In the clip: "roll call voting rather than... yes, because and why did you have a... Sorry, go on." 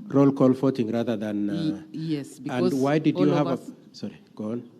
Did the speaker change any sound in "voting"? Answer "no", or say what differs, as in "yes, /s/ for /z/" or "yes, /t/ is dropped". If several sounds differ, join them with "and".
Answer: yes, /f/ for /v/